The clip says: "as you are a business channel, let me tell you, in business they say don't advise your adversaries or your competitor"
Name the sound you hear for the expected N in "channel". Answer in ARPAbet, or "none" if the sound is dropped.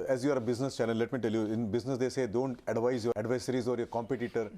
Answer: L